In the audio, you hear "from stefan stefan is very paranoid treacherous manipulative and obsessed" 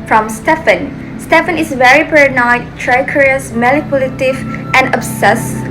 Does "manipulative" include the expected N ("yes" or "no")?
no